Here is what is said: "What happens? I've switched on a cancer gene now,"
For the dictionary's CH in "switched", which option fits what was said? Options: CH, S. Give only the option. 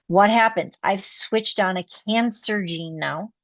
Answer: CH